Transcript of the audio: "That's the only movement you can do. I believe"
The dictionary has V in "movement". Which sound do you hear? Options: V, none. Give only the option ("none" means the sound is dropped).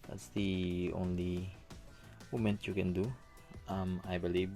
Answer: none